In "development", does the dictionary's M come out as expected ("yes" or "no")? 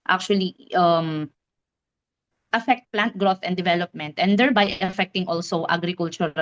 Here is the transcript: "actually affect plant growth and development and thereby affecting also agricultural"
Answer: yes